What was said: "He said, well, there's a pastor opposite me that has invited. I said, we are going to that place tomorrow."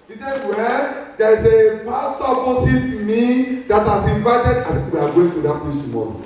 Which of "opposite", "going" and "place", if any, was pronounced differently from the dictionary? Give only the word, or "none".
opposite